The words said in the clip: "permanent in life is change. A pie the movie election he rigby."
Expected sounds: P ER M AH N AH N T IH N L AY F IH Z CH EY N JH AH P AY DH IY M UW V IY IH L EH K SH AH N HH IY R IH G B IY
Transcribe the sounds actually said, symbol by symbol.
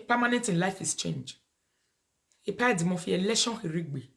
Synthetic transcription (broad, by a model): P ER M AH N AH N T IH N L AY F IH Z CH EY N JH AH P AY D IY M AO F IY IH L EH SH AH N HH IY R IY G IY